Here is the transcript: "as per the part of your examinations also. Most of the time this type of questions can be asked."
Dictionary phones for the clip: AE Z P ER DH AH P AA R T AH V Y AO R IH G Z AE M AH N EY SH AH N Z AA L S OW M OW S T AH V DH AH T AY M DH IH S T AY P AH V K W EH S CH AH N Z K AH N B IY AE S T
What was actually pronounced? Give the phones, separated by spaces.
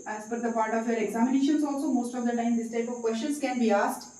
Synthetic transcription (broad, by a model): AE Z F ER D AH P AA R T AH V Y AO R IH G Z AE M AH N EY SH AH N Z AA L S OW M OW S T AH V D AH T AY M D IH S T AY P AH V K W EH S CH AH N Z K AH N B IY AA S T